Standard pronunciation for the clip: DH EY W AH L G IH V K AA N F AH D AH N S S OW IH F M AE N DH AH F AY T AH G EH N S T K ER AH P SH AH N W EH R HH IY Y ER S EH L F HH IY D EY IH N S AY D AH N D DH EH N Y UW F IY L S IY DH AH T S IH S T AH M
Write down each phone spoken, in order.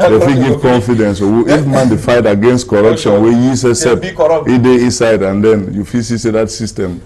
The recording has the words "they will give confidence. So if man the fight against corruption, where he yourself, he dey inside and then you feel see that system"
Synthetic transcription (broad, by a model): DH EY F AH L G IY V K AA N F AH D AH N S S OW IH F M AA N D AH F AY T AH G EH N S T K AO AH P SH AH N W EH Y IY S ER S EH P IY D EY IH N S AY D AH N D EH N Y UW F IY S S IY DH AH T S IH S T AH M